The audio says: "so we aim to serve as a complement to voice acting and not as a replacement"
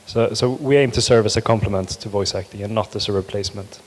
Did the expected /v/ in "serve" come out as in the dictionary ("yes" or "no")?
yes